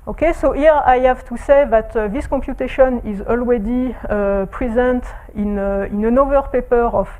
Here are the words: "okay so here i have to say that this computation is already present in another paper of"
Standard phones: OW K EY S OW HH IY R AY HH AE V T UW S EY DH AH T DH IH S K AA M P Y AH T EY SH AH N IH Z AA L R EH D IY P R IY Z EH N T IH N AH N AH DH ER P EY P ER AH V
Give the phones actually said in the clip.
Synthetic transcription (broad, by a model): OW K EY S OW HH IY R AY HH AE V T UW S EY DH AH T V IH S K AA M P Y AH T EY SH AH N IH Z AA L W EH D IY P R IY Z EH N T IH N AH N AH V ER P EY P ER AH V